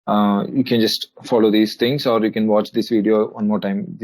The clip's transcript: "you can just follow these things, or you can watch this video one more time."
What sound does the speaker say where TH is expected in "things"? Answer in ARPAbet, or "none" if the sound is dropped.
T